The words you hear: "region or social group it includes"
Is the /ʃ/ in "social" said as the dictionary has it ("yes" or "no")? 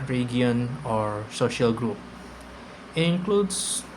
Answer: yes